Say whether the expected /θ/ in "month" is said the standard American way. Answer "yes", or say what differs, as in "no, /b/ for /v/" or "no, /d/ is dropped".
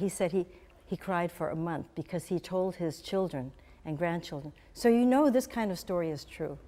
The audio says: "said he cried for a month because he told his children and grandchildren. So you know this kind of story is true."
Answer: yes